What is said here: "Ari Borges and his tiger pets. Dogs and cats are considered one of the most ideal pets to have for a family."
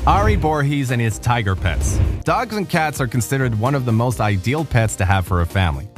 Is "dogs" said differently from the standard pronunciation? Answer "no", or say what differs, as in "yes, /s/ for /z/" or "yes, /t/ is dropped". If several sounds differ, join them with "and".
no